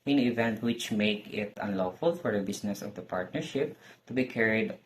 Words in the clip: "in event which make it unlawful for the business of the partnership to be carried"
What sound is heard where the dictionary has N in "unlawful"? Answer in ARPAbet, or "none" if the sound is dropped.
N